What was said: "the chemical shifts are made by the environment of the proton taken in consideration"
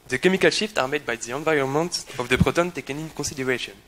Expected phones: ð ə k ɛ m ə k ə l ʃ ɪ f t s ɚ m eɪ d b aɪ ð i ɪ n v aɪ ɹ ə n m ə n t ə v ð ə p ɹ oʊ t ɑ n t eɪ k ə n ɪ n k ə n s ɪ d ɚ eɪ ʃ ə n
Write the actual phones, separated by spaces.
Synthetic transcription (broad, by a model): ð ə k ɛ m ə k ə l ʃ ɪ f t ɑ m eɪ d b aɪ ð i ɪ n v aɪ ɹ ə n m ə n t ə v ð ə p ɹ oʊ t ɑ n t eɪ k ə n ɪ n k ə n s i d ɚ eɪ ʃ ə n